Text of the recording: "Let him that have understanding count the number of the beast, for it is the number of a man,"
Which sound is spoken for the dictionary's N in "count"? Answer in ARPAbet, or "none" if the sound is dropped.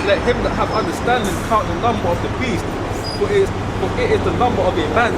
none